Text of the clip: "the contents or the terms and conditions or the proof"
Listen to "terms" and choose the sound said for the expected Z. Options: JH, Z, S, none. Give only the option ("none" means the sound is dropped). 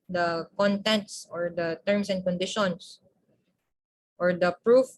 S